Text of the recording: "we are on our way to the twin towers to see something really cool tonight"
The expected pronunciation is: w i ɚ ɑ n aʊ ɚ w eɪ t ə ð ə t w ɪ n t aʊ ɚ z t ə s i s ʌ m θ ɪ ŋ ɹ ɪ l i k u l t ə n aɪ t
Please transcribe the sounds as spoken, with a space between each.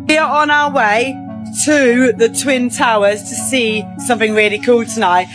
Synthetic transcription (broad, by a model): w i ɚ n aʊ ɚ w eɪ t ə ð ə t w ɪ n t aʊ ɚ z t ə s i s ʌ m θ ɪ ŋ ɹ ɪ l i k u l t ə n aɪ t